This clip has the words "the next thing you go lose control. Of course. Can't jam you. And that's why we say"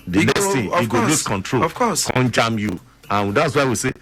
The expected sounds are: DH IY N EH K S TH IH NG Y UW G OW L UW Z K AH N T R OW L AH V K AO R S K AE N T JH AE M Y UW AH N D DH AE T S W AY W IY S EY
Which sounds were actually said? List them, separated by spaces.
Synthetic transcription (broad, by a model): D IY N EH K S T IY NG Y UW G OW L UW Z K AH N T R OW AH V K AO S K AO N JH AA M Y UW AH N D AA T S W AY W IY S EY